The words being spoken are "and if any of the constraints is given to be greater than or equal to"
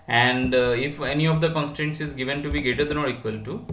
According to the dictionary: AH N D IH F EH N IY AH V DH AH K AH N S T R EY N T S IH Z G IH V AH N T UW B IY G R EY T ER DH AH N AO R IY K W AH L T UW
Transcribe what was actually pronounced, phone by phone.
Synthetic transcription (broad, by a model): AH N D IH F EH N IY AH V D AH K AH N S T R EY N T S IH Z G IH V AH N T UW B IY G EY T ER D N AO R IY K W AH L T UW